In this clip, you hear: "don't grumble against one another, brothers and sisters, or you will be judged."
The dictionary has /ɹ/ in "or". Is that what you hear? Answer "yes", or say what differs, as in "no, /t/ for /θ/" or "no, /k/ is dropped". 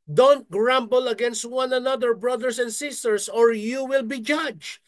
yes